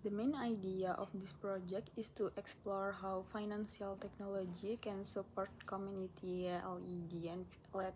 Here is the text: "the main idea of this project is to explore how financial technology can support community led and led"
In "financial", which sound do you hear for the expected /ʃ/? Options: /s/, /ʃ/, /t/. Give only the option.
/s/